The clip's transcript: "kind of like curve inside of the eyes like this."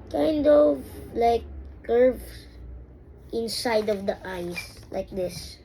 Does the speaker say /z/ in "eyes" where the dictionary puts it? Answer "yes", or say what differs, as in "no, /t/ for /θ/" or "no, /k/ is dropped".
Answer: no, /s/ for /z/